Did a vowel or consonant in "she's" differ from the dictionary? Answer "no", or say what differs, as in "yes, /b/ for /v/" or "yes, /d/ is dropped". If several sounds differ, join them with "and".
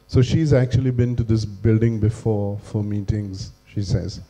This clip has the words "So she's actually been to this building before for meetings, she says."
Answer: no